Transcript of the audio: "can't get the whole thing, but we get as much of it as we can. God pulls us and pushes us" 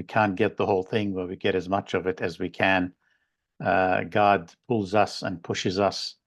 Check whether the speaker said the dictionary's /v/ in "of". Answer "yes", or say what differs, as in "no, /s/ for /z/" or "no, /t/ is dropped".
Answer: yes